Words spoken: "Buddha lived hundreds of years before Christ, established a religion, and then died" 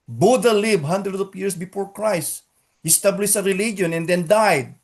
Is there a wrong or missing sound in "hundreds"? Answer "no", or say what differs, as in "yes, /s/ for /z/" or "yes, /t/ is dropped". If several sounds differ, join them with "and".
yes, /z/ is dropped